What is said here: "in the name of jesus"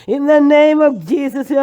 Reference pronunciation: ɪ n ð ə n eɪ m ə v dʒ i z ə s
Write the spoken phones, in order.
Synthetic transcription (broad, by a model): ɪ n ð ə n eɪ m ə v dʒ i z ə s